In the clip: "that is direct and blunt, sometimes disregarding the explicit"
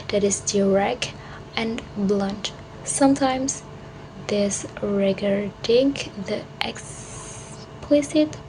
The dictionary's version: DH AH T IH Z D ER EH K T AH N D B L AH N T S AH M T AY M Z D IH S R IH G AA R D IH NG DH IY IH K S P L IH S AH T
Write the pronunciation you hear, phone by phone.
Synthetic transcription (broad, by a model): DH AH T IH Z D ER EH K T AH N B L AH N T S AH M T AY M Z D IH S R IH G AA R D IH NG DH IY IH K S P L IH S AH T